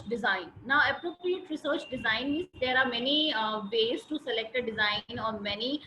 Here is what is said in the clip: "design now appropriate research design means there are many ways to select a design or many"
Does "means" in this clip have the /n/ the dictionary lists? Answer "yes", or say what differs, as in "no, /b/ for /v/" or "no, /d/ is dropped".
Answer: no, /n/ is dropped